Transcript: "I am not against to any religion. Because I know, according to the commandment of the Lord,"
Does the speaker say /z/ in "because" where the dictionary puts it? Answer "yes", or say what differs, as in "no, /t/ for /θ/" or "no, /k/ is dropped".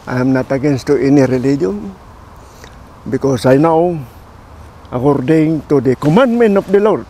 no, /s/ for /z/